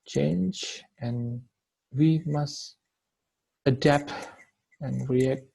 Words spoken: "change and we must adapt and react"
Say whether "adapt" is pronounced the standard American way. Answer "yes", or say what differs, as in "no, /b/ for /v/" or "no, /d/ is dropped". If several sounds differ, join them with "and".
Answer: yes